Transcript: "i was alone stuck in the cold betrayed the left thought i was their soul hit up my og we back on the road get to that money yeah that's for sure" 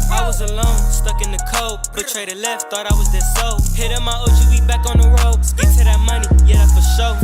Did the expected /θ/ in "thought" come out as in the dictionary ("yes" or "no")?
yes